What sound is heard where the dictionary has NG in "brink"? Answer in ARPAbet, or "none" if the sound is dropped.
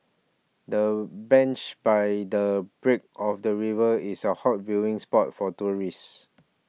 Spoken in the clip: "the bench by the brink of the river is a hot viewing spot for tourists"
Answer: none